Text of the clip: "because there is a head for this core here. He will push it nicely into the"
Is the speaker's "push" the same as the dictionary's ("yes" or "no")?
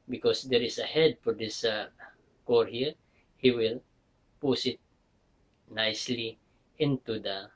no